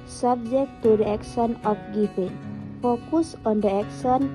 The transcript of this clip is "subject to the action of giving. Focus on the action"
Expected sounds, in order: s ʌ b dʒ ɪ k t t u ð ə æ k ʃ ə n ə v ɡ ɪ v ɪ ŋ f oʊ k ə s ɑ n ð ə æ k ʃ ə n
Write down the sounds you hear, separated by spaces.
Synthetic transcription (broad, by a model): s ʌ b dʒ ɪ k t t u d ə k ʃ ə n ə p ɡ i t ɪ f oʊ k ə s ɑ n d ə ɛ k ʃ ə n